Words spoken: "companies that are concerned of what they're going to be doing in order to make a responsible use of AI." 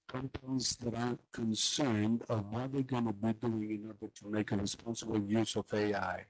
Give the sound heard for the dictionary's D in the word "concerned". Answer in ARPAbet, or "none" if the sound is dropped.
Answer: D